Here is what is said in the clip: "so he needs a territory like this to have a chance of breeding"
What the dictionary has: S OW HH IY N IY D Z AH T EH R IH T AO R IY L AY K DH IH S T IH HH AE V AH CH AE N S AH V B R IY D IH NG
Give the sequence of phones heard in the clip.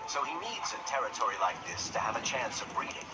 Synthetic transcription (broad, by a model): S OW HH IY N IY D Z AH T EH R IH T AO R IY L AY K DH IH S T IH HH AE V AH CH AE N S AH V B R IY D IH NG